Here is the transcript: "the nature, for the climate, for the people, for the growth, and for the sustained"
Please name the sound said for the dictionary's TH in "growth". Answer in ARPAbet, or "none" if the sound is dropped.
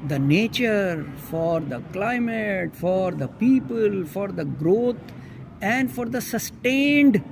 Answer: T